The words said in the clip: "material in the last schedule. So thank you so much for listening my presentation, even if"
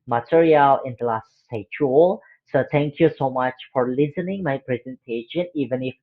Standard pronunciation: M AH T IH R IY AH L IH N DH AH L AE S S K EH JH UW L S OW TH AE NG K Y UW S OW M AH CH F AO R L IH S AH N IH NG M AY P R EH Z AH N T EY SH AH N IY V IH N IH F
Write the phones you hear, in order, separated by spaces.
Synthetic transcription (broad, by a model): M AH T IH R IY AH L IH N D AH L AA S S EH CH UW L S OW T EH NG K Y UW S OW M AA CH F AO R L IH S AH N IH NG M AY P R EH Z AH N T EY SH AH N IY V IH N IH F